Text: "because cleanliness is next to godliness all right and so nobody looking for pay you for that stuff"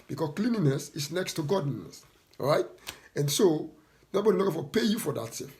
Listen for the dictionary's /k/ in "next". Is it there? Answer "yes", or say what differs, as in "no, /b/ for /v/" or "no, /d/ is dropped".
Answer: yes